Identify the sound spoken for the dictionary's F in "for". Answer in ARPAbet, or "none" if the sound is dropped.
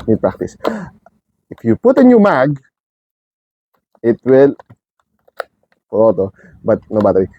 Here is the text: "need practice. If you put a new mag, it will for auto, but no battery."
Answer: P